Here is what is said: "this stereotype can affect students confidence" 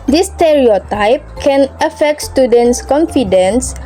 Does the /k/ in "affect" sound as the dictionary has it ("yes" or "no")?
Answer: yes